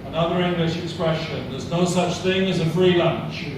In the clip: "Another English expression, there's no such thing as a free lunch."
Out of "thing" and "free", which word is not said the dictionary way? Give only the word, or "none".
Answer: none